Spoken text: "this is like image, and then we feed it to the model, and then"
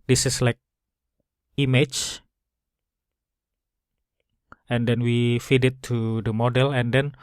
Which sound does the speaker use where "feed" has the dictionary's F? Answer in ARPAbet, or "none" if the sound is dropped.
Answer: F